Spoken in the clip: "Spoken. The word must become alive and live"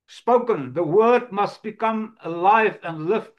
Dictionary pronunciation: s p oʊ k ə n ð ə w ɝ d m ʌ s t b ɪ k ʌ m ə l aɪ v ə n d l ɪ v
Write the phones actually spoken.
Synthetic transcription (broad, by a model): s p oʊ k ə n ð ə w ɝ d m ʌ s t b ɪ k ʌ m ə l aɪ v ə n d l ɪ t